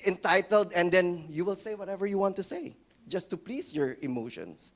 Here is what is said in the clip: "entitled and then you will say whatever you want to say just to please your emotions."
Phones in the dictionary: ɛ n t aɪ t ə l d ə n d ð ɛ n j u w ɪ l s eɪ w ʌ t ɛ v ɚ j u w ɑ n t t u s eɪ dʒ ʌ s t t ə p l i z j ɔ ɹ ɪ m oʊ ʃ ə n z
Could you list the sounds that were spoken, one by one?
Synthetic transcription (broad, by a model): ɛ n t aɪ t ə l d ə n d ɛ n j u w ɪ l s eɪ w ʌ t ɛ v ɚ j u w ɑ n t t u s eɪ dʒ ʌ s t t ə p l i s j ɔ ɹ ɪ m oʊ ʃ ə n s